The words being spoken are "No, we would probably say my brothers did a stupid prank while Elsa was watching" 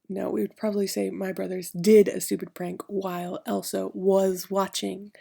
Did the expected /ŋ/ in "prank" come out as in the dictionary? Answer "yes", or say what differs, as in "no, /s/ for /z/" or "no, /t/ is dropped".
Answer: yes